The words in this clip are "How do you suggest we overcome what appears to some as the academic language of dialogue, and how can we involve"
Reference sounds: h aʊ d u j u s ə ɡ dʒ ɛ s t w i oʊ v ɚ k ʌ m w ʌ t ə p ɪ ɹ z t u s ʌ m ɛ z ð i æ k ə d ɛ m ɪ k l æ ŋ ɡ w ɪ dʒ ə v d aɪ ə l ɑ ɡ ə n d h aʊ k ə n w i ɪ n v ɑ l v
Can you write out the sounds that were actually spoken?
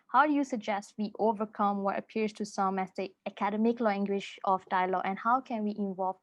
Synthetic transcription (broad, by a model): h aʊ d u j u s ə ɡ dʒ ɛ s t w i oʊ v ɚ k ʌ m w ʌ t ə p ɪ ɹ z t u s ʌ m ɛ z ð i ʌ k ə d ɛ m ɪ k l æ ŋ ɡ w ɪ ʃ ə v d aɪ ə l ɑ ɡ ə n h aʊ k ə n w i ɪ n v ɑ l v